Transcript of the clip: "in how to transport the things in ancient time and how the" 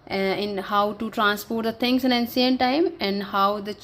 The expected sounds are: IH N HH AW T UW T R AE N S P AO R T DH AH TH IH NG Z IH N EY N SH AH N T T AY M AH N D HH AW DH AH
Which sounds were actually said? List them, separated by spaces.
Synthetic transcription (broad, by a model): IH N HH AW T UW T R AE N S P AO R T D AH T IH NG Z IH N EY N S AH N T T AY M AH N D HH AW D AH